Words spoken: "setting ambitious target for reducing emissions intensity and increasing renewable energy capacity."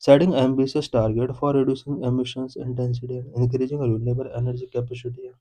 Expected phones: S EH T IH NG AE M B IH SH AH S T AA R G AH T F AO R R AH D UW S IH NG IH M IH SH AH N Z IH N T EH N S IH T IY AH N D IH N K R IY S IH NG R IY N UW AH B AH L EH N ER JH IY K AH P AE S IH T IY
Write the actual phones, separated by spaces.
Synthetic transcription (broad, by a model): S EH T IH NG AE M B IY S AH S T AA R G AH T F AO R R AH D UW S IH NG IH M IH SH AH N S IH N T EH N S IH T IY AH N D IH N K R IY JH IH NG R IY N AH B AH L EH N ER JH IY K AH P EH S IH T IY